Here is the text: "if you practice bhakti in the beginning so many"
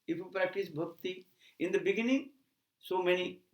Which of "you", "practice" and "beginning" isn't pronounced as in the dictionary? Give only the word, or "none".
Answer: none